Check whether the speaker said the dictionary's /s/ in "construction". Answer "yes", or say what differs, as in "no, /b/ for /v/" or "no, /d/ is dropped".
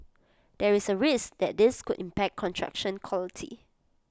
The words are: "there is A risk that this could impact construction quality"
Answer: no, /s/ is dropped